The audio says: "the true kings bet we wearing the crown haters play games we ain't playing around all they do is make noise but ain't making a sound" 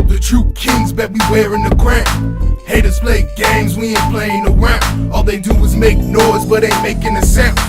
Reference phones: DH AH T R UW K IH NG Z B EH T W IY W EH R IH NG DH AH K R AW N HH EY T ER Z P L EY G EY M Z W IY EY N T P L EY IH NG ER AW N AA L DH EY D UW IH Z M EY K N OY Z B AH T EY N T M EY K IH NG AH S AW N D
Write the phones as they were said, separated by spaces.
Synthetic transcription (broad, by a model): DH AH T R UW K IH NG Z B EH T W IY W EH R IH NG DH AH K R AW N HH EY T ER S P L EY G EY M Z W IY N P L EY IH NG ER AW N AA L DH EY D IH IH Z M EY K N OY Z B AH T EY M EY K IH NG AH S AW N